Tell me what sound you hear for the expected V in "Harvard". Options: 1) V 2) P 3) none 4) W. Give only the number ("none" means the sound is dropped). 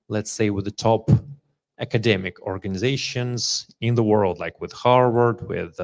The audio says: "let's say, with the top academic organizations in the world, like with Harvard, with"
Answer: 4